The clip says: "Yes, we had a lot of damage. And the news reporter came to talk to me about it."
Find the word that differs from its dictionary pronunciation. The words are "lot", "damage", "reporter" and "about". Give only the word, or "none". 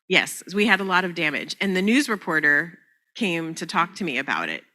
none